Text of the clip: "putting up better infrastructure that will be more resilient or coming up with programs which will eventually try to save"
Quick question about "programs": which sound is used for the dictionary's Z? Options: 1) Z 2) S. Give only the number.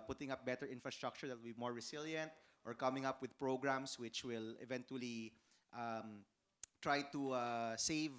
2